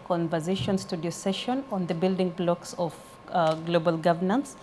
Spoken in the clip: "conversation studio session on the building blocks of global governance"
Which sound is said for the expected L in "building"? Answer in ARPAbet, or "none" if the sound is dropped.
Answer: L